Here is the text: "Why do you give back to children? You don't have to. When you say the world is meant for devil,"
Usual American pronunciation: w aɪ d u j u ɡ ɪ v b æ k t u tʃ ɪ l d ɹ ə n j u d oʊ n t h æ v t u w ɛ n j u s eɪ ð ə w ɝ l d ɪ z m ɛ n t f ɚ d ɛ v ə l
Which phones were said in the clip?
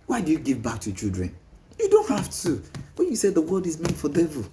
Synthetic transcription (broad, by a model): w aɪ d u j u ɡ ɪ v b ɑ k t u tʃ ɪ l d ɹ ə n j u d oʊ n t h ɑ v t u w ɛ n j u s eɪ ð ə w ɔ d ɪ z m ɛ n f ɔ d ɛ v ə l